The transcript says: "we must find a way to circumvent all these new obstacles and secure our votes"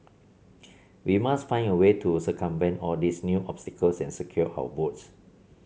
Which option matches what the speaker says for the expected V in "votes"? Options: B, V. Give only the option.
B